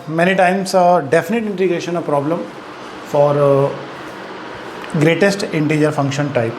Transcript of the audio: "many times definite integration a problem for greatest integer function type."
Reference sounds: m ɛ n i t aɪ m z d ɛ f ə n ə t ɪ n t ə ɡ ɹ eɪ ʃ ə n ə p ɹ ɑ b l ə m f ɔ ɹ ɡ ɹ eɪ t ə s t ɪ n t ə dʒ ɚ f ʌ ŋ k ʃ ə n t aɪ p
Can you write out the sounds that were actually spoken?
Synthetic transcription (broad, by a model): m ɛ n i t aɪ m s d ɛ f ə n ə t ɪ n t ə ɡ ɹ eɪ ʃ ə n ə p ɹ ɑ b l ə m f ɔ ɹ ɡ ɹ eɪ t ə s t ɪ n t ə dʒ ɚ f ʌ ŋ k ʃ ə n t aɪ p